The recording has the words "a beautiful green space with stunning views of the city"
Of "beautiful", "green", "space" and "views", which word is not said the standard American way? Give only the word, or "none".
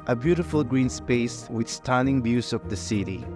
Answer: views